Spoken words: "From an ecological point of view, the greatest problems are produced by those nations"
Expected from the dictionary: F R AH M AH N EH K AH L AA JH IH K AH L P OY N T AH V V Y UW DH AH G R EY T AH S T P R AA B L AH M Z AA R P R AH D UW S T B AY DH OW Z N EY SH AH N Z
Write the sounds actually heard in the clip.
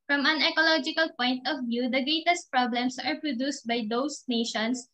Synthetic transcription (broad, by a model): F R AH M AH N EH K AH L AA JH IH K AH L P OY N T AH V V Y UW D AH G R EY T AH S T P R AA B L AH M S AA R P R AH D UW S T B AY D OW S N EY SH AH N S